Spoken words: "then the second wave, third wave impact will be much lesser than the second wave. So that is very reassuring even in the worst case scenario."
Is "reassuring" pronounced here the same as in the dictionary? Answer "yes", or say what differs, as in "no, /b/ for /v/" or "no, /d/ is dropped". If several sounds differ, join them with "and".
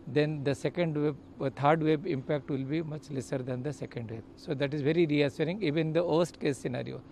no, /s/ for /ʃ/